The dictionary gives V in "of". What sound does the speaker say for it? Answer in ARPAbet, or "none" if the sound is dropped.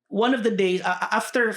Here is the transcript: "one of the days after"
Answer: V